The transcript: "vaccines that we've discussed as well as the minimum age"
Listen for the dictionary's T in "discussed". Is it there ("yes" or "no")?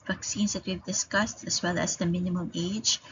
yes